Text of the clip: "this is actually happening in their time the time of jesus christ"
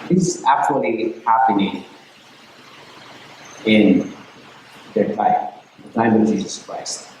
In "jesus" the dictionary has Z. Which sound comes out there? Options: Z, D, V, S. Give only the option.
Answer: Z